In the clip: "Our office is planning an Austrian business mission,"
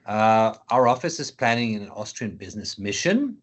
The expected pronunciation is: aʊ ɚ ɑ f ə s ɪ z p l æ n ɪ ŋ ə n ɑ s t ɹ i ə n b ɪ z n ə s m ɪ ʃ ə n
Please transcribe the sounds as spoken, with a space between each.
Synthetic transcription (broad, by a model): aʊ ɚ ɑ f ə s ɪ z p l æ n ɪ ŋ ə n ɑ s t ɹ i ə n b ɪ z n ə s m ɪ ʃ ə n